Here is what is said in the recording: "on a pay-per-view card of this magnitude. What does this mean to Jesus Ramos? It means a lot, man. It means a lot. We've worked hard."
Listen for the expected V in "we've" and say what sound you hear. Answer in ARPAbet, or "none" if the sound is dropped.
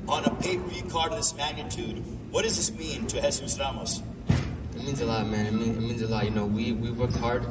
W